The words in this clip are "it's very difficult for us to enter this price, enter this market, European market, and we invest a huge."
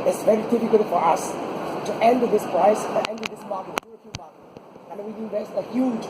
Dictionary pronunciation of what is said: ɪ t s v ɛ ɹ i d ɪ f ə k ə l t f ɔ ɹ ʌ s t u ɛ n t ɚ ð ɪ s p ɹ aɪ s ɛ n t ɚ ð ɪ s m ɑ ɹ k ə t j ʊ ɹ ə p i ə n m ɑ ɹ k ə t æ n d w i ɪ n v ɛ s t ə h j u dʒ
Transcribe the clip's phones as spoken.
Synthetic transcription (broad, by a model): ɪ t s v ɛ ɹ i d ɪ f ə k ə l t f ɔ ɹ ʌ s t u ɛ n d ð ɪ s p ɹ aɪ s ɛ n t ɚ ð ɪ s m ɑ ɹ k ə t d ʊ ə f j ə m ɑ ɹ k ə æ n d w i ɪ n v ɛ s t ə h j u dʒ